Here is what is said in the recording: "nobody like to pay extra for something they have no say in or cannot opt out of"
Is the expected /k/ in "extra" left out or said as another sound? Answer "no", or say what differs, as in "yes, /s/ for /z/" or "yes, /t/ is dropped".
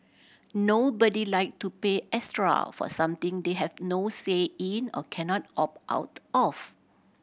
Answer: yes, /k/ is dropped